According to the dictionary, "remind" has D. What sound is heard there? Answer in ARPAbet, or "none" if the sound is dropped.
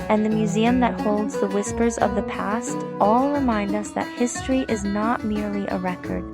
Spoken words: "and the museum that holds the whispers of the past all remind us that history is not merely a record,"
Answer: D